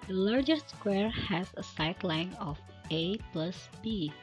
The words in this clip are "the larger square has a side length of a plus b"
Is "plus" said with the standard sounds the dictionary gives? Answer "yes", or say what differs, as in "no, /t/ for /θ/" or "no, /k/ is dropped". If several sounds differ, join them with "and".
yes